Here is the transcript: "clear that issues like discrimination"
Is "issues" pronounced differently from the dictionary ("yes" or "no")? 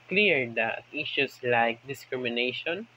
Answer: yes